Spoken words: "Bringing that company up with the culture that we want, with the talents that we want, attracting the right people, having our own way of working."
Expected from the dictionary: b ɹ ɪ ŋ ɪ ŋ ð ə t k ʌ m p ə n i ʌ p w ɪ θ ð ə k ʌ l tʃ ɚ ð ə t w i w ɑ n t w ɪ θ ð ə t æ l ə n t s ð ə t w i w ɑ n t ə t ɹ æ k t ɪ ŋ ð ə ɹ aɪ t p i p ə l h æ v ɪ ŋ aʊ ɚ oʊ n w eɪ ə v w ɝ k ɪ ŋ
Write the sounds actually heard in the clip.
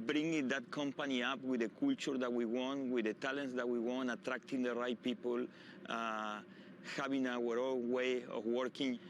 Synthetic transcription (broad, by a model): b ɹ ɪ ŋ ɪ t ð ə t k ʌ m p ə n i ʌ p w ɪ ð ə k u l tʃ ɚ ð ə t w i w ɑ n t w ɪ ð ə t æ l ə n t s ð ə t w i w ɑ n t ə t ɹ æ k t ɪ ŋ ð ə ɹ aɪ t p i p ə l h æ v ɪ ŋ aʊ ɚ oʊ l w eɪ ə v w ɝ k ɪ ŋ